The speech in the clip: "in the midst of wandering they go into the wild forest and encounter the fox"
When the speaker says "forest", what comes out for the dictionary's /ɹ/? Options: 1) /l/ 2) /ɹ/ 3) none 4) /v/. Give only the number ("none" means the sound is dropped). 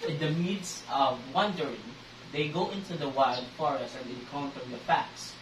2